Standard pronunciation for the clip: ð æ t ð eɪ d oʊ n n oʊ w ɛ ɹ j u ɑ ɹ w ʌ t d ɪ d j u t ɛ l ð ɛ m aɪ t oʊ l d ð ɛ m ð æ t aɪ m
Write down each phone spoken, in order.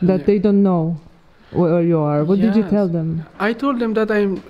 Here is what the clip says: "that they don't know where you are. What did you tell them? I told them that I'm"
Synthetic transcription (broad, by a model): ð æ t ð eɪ d oʊ n n oʊ w ɛ ɹ j u ɑ ɹ w ʌ t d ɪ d j u t ɛ l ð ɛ m aɪ t oʊ l d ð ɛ m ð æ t aɪ m